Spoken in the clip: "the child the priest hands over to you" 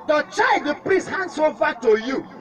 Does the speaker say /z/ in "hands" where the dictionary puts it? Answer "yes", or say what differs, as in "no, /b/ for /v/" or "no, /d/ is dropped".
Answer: no, /s/ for /z/